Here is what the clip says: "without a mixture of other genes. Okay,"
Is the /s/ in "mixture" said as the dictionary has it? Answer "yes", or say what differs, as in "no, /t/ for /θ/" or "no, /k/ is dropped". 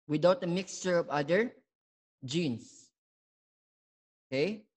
yes